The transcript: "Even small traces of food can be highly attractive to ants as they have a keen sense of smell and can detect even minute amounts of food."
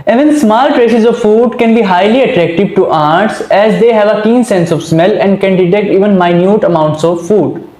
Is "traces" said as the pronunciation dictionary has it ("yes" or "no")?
yes